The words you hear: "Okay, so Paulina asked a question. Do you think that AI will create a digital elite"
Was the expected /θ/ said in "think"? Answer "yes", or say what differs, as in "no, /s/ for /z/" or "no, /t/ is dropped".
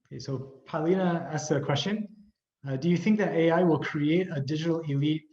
yes